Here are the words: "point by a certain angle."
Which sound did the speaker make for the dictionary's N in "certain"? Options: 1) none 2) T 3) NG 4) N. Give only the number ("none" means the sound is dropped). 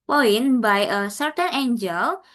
4